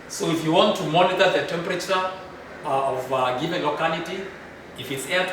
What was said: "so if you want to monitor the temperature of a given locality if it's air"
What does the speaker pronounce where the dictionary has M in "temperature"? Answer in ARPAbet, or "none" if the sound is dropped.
M